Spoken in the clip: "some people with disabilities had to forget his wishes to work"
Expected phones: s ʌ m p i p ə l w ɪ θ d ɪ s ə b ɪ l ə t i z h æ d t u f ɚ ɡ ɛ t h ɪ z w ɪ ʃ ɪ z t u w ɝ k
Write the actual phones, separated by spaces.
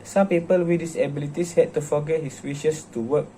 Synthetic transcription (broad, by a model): s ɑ m p i p ə l w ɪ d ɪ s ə b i l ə t i s h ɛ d t u f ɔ ɡ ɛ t h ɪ s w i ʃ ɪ s t u w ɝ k